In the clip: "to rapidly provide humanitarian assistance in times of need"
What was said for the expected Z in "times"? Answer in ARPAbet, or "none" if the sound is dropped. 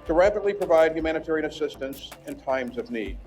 Z